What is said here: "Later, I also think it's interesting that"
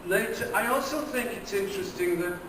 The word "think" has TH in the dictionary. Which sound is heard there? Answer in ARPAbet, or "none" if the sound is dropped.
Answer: TH